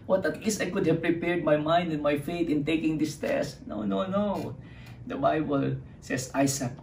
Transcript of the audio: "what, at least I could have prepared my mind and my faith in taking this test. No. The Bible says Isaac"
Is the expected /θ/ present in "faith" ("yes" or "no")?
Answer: no